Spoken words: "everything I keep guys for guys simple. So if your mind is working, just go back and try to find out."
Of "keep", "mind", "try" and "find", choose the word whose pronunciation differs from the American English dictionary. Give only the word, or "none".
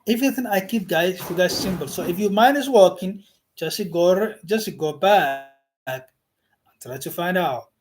mind